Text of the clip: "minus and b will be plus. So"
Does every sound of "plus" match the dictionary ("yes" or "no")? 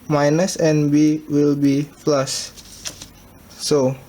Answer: no